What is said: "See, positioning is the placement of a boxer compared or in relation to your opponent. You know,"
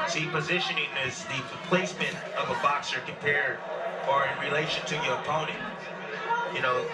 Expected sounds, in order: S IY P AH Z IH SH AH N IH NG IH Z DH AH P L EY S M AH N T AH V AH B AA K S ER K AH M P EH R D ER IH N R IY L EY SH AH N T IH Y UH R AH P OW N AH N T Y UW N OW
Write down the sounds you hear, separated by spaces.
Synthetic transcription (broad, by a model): S IY P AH Z IH SH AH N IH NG IH Z DH AH P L EY S M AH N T AH V AH B AA K S ER K M P EH R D ER IH N R IY L EY SH AH N T IH Y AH R AH P OW N AH N T Y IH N OW